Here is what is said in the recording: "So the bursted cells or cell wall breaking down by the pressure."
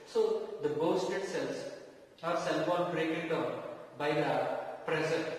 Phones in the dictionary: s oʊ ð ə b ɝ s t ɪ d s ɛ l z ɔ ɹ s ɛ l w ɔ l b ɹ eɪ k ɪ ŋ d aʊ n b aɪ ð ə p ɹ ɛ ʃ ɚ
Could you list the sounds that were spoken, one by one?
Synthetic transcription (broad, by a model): s oʊ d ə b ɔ s t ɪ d s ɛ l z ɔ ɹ s ɛ l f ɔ n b ɹ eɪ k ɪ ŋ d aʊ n b aɪ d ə p ɹ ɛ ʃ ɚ